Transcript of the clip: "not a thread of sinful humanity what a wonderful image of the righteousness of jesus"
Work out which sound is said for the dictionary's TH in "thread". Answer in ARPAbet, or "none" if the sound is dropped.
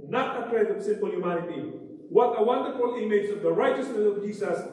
T